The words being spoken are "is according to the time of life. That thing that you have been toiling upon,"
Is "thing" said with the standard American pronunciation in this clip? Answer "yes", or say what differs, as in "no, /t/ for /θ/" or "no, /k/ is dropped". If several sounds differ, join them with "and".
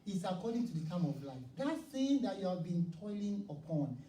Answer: no, /s/ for /θ/